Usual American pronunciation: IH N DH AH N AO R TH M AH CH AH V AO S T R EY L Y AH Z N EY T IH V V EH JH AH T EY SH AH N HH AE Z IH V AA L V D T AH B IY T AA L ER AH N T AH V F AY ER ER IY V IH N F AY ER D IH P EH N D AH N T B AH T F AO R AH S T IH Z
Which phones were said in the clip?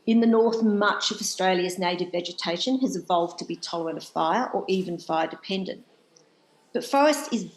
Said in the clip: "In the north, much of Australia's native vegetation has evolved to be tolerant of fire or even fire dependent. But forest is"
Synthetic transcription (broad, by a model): IH N DH AH N AO R TH M AH CH AH V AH S T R EY L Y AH Z N EY T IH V V EH JH AH T EY SH AH N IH Z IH V AA L V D T AH B IY T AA L ER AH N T AH V F AY ER ER IY V IH N F AY ER D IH P EH N D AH N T B AH T F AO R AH S T IH Z